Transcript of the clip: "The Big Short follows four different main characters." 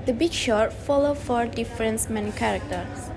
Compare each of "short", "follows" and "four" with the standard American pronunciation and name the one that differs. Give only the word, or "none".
follows